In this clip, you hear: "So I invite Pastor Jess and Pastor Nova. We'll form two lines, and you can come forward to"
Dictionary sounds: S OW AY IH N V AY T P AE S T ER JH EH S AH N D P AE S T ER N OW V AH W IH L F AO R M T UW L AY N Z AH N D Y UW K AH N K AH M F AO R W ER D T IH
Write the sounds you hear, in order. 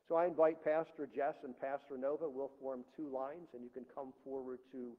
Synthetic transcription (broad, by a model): S OW AY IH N V AY T P AE S T ER JH EH S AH N P AE S T ER N OW V AH W IH L F AO R M T UW L AY N Z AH N Y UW K AH N K AH M F AO R W ER D T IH